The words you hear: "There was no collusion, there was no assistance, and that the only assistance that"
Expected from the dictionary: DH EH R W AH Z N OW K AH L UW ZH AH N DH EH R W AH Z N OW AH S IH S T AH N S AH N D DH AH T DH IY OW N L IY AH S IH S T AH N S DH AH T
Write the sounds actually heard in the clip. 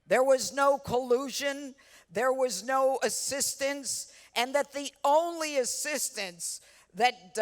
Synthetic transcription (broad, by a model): DH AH R W AH Z N OW K AH L UW ZH AH N DH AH R W AH Z N OW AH S IH S T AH N S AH N DH AH T DH IY OW N L IY AH S IH S T AH N S DH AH T